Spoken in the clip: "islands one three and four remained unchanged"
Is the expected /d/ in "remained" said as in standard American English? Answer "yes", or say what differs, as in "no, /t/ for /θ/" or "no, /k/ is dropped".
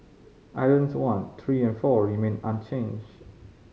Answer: no, /d/ is dropped